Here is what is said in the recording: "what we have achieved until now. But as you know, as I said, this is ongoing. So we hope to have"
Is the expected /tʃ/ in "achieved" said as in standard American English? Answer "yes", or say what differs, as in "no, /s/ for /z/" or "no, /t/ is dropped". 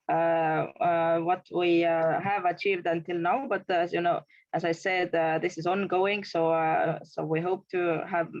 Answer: yes